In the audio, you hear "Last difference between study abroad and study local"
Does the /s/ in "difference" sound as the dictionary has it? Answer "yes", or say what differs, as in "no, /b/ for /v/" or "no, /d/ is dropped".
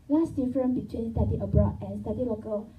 no, /s/ is dropped